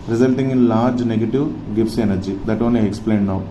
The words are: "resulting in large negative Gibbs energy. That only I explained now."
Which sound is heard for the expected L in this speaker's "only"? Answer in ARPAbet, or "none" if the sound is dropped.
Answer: L